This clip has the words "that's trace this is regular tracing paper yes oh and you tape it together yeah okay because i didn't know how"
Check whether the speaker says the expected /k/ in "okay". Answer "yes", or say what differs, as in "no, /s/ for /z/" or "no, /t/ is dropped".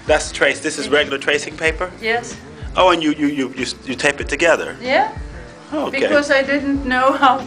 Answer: no, /k/ is dropped